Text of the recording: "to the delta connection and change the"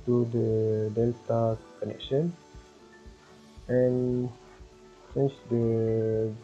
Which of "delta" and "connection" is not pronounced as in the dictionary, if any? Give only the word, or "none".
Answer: none